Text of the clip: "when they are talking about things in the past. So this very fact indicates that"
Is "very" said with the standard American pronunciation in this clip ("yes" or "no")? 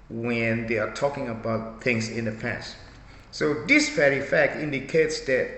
no